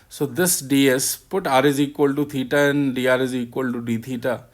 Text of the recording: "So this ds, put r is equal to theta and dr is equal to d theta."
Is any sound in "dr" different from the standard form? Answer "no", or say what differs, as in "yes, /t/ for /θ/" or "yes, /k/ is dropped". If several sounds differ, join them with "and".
yes, /k/ is dropped